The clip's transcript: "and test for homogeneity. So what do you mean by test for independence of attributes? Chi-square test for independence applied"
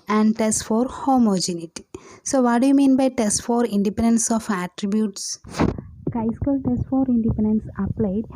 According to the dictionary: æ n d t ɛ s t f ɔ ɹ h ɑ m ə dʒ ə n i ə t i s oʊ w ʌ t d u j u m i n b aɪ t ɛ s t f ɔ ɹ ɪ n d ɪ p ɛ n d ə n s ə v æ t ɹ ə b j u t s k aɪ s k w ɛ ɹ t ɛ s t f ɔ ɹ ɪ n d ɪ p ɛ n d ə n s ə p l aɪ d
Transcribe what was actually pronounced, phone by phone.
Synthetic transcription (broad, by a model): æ n d t ɛ s t f ɔ ɹ h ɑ m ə dʒ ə n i t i s oʊ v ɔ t d u j u m i n b aɪ t ɛ s t f ɔ ɹ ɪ n d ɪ p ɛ n d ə n s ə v æ t ɹ ə b j u t s k aɪ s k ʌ l t ɛ s t f ɔ ɹ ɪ n d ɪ p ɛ n d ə n s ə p l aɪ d